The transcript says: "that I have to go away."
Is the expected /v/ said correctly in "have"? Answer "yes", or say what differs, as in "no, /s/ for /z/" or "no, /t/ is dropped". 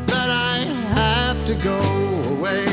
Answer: no, /f/ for /v/